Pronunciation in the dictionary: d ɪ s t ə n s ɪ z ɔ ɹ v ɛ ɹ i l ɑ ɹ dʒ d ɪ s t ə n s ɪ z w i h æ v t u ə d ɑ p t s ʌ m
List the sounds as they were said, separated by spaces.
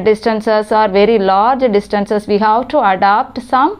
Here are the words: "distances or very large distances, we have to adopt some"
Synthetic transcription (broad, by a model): d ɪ s t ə n s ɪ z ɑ ɹ v ɛ ɹ i l ɑ ɹ dʒ d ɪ s t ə n s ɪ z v i h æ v t u ə d ɑ p t s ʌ m